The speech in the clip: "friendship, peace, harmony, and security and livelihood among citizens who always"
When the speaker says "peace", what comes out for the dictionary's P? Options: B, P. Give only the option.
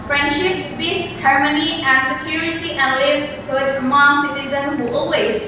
B